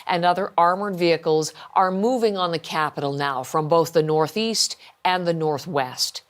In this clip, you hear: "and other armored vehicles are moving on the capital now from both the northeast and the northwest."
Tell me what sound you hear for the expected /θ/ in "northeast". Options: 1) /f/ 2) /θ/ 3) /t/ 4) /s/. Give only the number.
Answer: 2